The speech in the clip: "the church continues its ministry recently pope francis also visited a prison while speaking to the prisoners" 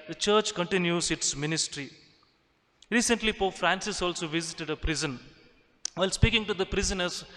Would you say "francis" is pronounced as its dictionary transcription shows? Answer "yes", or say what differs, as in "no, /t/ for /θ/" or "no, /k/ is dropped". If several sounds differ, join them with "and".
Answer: yes